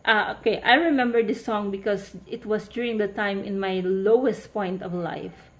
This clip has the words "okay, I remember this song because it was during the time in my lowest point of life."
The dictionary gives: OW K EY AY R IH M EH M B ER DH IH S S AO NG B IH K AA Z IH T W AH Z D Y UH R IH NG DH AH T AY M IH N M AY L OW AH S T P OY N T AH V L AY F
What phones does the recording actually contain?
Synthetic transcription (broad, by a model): OW K EY AY R IH M EH M B ER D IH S S AO NG B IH K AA S IH T W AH S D Y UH R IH NG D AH T AY M IH N M AY L OW AH S T P OY N T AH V L AY F